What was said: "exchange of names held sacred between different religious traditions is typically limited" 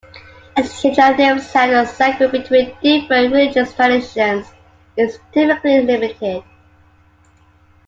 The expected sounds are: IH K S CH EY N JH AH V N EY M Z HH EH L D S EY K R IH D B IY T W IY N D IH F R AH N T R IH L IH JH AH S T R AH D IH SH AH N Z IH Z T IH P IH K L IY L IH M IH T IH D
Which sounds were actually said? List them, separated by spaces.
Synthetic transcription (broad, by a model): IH S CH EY JH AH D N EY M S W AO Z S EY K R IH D B IY T W IY N D IH F R AH N T R IH L IH JH AH S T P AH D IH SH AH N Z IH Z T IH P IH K L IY L IH M IH T IH D